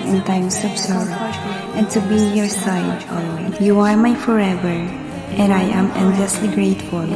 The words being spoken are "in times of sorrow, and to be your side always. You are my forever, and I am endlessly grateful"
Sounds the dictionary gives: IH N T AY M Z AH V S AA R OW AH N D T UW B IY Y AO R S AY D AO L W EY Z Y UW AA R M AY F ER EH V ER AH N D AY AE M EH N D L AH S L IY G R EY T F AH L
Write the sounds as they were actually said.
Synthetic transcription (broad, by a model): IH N T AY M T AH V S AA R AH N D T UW B IY Y AO R S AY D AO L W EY Y UW AA R M AY F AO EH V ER AH N D AY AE M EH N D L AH S L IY G R EY T F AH L